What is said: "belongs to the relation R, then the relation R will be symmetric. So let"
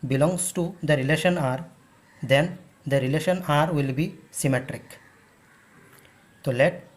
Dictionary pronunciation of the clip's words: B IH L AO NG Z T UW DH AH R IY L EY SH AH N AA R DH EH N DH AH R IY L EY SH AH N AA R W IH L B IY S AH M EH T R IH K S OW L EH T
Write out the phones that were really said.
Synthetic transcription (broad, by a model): B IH L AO NG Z T UW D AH R IY L EY SH AH N AA R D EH N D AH R IY L EY SH AH N AA R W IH L B IY S AH M EH T R IH K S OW L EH T